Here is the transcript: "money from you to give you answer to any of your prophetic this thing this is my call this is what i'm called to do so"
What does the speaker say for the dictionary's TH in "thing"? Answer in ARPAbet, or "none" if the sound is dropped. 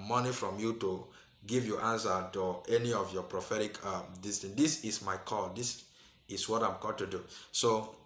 T